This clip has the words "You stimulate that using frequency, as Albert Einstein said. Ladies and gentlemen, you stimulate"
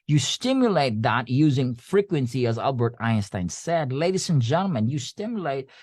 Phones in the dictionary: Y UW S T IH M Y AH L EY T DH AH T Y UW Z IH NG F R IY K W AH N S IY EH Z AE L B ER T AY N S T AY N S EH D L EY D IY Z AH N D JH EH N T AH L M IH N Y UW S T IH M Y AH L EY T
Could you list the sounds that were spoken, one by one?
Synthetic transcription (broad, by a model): Y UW S T IH M Y AH L EY T DH AH T Y UW Z IH NG F R IY K W AH N S IY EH Z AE L B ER T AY N S T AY N S EH D L EY D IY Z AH N JH EH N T L M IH N Y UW S T IH M Y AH L EY T